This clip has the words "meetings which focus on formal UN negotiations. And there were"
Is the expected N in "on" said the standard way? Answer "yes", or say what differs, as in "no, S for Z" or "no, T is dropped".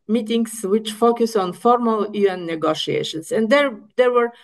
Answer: yes